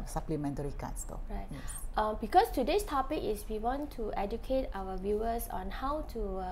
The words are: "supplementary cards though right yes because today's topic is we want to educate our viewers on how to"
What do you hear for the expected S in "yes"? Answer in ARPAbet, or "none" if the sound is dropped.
none